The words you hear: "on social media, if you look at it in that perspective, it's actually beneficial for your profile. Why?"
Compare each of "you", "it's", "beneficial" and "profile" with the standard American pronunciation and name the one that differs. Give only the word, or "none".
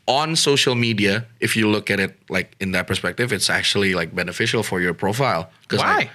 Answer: none